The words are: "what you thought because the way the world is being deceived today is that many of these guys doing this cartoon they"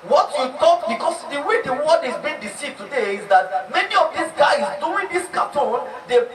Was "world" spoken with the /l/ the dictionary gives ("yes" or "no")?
no